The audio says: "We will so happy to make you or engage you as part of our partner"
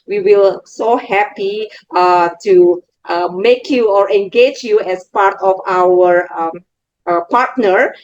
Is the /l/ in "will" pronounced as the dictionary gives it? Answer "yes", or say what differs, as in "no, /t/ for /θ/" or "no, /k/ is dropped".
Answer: yes